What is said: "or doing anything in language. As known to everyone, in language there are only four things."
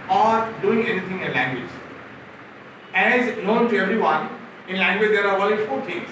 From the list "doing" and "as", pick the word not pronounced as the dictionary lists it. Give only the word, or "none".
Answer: none